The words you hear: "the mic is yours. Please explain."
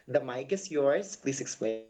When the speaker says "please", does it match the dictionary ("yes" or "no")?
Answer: no